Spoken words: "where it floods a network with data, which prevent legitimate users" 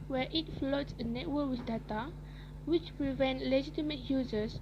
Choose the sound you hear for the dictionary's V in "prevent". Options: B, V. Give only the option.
V